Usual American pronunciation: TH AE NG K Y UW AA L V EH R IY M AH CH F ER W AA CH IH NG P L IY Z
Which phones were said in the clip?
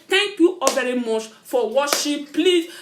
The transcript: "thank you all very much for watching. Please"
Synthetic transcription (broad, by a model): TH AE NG K Y UW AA V EH R IY M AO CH F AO W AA SH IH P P L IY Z